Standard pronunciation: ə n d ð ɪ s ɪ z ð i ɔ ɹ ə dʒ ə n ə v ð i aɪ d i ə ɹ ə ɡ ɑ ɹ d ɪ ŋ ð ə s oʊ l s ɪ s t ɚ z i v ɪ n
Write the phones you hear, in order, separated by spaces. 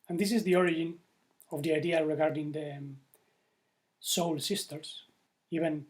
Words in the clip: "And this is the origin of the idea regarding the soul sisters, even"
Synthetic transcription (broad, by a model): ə n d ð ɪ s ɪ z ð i ɔ ɹ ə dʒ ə n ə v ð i aɪ d i ə ɹ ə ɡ ɑ ɹ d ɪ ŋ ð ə s oʊ l s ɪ s t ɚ s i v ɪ n